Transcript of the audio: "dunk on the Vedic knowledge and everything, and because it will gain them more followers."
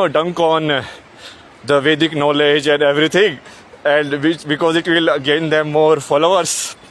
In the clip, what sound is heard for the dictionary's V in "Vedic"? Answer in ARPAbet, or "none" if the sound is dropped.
V